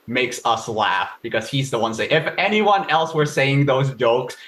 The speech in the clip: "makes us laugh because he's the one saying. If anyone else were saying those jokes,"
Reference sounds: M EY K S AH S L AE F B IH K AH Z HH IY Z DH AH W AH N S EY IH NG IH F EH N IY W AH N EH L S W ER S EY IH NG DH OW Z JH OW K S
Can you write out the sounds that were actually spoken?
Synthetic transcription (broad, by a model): M EY K S AH S L AE F B IH K AH Z HH IY Z DH AH W AH N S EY IH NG IH F EH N IY W AH N EH L S W ER S EY IH NG DH OW Z JH OW K S